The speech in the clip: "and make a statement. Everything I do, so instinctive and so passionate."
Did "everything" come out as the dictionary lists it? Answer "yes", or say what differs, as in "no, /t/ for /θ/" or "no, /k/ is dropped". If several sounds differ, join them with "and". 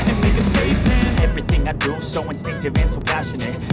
yes